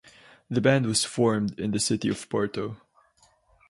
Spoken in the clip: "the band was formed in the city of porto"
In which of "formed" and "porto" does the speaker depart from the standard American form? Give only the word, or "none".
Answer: none